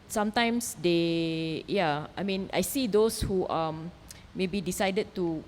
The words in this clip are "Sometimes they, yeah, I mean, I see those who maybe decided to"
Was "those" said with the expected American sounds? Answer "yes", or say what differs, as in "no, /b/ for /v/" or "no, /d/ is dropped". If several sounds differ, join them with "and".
no, /s/ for /z/